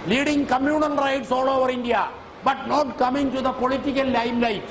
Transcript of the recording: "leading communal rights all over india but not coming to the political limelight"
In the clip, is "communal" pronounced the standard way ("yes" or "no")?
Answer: no